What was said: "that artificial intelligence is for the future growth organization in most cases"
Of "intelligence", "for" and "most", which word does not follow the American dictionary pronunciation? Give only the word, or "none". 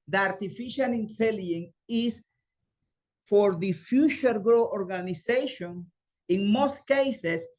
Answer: intelligence